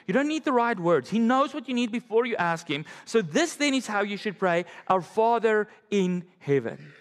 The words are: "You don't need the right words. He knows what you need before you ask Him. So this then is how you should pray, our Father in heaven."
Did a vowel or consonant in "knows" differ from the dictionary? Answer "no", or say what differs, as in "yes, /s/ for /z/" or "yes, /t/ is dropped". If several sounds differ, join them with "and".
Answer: no